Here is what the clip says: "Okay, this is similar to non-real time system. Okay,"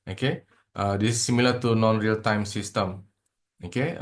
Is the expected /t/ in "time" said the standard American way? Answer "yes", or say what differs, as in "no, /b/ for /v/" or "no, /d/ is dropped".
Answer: yes